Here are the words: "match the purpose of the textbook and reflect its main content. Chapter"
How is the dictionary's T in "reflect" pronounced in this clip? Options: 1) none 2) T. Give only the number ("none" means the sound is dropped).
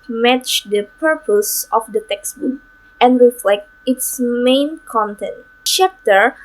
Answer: 2